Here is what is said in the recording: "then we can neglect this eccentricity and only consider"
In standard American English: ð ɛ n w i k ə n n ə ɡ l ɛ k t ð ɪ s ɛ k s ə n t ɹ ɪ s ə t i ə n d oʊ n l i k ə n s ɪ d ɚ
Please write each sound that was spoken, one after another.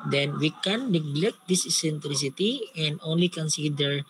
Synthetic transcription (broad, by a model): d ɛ n w i k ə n n ə ɡ l ɛ k t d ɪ s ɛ s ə n t ɹ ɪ s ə t i ə n d oʊ n l i k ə n s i d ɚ